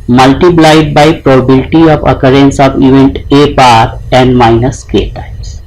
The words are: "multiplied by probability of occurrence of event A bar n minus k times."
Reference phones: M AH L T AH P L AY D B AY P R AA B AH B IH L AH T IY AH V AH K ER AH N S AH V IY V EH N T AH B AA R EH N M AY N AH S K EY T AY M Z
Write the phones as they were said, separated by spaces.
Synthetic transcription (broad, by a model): M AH L T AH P L AY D B AY P R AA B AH B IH L T IY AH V AH K ER AH N S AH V IY V EH N T AH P AA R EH N M AY N AH S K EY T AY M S